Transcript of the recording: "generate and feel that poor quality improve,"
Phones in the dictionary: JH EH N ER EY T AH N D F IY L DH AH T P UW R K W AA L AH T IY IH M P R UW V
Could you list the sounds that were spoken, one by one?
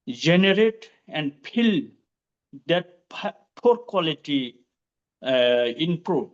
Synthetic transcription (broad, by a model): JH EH N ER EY T AH N D P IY L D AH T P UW R K W AA L AH T IY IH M P R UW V